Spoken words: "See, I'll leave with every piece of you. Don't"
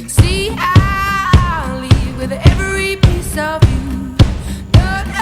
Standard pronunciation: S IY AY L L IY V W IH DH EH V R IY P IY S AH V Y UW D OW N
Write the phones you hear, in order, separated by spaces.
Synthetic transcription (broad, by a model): S IY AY N L IY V W IH DH EH V R IY P IY S AH V Y UW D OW